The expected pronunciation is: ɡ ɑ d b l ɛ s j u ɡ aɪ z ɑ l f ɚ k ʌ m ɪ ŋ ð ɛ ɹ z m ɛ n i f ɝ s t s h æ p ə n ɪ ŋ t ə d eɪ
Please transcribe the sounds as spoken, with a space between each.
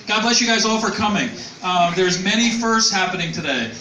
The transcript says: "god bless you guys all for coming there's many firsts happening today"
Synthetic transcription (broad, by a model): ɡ ɑ d b l ɛ s j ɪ ɡ aɪ z ɑ l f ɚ k ʌ m ɪ ŋ ð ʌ ɹ z m ɛ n i f ɝ s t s h æ p ə n ɪ ŋ t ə d eɪ